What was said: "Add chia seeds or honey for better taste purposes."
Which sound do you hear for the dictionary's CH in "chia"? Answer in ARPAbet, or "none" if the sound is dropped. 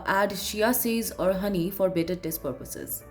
SH